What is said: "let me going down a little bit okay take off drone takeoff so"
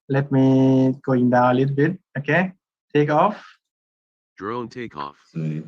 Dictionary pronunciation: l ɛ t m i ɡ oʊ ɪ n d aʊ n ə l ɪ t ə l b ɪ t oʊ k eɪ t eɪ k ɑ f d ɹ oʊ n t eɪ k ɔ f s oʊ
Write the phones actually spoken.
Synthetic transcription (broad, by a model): l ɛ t m i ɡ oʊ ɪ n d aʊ ə l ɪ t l b ɪ t oʊ k eɪ t eɪ k ɑ f d ɹ oʊ n t eɪ k ɔ f